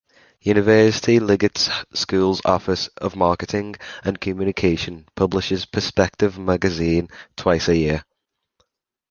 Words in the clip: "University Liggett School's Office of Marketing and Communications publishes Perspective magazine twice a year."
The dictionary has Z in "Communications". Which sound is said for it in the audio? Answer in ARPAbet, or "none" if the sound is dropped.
none